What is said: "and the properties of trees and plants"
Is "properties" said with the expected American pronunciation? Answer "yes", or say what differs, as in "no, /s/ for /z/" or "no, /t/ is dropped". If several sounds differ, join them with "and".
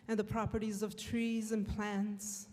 yes